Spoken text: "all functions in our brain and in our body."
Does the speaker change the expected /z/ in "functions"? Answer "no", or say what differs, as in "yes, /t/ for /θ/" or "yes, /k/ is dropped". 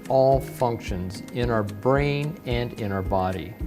no